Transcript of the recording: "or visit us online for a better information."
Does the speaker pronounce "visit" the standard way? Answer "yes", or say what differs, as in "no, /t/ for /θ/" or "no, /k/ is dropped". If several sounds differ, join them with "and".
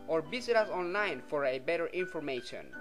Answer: no, /b/ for /v/